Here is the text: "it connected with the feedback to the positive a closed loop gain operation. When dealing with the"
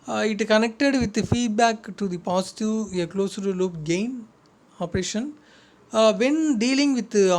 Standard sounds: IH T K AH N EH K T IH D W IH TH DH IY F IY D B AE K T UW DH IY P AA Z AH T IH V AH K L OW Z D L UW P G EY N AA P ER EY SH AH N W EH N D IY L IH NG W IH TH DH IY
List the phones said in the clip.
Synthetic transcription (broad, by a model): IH T K AH N EH K T IH D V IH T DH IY F IY D B AE K T UW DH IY P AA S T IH AH K L OW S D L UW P G EY N AA P ER EY SH AH N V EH N D IY L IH NG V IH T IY